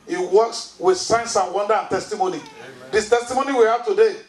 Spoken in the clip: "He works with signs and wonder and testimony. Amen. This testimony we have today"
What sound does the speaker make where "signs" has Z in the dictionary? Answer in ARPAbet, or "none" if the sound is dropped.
S